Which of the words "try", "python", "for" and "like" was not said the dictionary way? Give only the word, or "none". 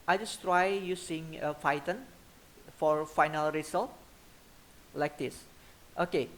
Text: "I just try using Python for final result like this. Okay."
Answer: python